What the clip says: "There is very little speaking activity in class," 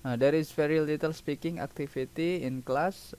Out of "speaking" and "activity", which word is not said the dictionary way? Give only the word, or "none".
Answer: activity